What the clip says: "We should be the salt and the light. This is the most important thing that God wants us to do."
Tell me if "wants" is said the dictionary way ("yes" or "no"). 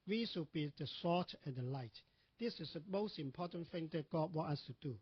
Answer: no